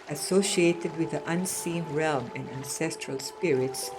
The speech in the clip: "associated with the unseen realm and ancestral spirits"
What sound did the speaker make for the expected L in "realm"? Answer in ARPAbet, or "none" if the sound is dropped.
L